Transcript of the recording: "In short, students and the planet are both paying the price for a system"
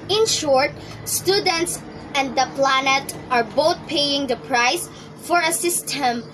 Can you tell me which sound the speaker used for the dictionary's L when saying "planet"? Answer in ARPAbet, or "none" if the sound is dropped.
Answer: L